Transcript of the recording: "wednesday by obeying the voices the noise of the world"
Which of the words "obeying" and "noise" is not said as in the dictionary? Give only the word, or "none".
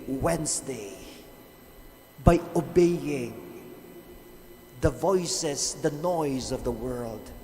none